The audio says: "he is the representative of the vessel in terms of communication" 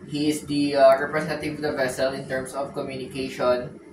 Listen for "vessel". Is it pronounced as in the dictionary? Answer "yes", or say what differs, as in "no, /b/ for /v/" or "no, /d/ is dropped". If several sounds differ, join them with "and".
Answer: yes